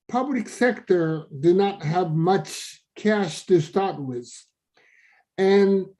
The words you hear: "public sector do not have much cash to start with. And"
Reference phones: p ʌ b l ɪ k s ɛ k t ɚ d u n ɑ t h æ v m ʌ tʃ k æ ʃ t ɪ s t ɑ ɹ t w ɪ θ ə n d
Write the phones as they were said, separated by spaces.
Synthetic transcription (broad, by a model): p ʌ b l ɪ k s ɛ k t ɚ d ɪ n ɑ t h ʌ v m ʌ tʃ k æ ʃ t ɪ s t ɑ ɹ t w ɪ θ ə n